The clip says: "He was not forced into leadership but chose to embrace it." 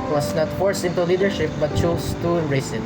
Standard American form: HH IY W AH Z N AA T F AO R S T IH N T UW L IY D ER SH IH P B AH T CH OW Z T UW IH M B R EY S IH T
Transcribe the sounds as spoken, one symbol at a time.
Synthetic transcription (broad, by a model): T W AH S N AA T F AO R S IH N T UW L IY D ER SH IH P B AH T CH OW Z T UW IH R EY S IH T